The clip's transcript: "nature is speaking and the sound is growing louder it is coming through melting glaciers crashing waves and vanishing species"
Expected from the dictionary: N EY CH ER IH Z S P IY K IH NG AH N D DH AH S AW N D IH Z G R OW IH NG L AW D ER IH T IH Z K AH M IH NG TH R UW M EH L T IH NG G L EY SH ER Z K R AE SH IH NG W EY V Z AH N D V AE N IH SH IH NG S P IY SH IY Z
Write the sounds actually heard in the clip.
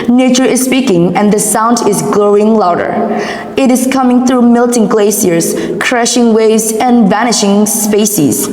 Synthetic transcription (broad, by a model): N EY CH ER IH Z S P IY K IH NG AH N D DH AH S AW N D IH Z G L OW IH NG L AW D ER IH T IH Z K AH M IH NG TH R UW M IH L T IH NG G L EY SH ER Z K R AE SH IH NG W EY V Z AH N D V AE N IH SH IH NG S P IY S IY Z